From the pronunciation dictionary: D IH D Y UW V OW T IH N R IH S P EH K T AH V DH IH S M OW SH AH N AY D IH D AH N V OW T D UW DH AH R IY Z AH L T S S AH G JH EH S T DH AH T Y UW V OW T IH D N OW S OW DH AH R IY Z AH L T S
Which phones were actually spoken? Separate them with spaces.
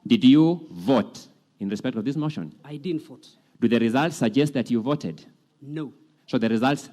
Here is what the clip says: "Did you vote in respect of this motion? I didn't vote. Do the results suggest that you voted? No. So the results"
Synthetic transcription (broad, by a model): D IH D Y UW V OW T IH N R IH S P EH K T AH V DH IH S M OW SH AH N AY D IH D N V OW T D UW DH AH R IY Z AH L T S S AH G JH EH S T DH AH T Y UW V OW T IH D N OW S OW DH AH R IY Z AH L T S